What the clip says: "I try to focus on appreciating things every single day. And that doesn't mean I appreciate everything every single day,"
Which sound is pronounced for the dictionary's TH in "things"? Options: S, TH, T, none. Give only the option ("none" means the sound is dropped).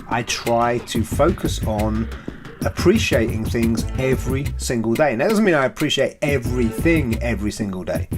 TH